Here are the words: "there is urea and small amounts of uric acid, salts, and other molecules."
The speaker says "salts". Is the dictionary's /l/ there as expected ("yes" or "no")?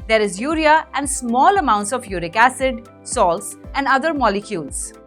yes